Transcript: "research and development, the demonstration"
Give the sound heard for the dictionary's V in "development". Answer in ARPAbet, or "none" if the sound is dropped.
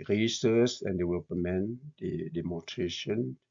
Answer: W